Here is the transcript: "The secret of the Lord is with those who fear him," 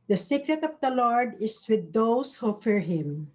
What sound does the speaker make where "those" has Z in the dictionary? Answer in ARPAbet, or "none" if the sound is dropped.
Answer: S